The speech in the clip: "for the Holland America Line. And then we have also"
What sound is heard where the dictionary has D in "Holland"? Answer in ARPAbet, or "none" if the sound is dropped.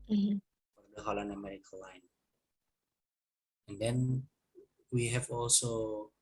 none